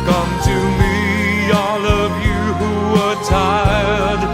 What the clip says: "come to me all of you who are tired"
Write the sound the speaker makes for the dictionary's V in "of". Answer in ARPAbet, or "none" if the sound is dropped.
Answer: V